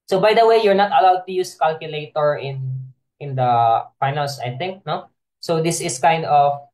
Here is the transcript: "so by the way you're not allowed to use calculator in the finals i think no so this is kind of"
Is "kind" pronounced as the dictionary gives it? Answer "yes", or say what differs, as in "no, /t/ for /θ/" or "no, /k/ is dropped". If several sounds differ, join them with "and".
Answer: yes